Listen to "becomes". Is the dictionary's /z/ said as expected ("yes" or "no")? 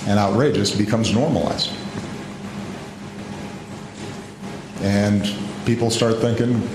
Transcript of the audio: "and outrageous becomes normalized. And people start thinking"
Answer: yes